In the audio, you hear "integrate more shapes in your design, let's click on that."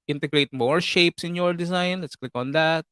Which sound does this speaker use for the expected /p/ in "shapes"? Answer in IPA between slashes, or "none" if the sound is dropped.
/p/